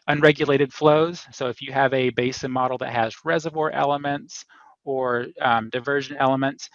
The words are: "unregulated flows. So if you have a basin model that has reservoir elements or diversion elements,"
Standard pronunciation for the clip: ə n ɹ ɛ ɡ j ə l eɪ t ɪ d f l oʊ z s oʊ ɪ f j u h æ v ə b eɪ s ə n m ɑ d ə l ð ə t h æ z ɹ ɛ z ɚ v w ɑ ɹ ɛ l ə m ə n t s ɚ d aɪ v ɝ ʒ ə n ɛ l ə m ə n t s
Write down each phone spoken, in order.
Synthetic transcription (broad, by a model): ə n ɹ ɛ ɡ j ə l eɪ t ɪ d f l oʊ z s oʊ ɪ f j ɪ v ə b eɪ s ə n m ɑ d l ð ə t h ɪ z ɹ ɛ z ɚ v w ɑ ɹ ɛ l ə m ə n t s ɚ d aɪ v ɝ ʒ ə n ɛ l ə m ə n t s